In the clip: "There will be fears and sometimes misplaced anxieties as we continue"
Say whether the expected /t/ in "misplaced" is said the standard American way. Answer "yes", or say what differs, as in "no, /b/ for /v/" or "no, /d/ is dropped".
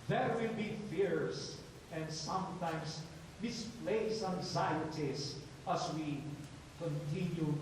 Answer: no, /t/ is dropped